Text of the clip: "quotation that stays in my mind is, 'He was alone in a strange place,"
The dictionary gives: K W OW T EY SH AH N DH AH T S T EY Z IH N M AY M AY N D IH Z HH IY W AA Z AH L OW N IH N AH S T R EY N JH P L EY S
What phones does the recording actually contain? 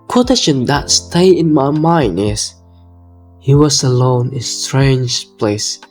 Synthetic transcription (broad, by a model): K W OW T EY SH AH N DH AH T S T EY IH N M AY M AY N D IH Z HH IY W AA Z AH L OW IH N AH S T R EY N JH P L EY S